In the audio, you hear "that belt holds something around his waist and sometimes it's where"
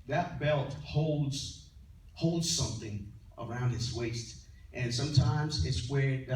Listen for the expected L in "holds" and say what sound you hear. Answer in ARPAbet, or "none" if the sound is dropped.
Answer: L